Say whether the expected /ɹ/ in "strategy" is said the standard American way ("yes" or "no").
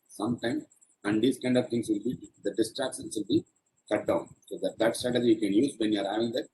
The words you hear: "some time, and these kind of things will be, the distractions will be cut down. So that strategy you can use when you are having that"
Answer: no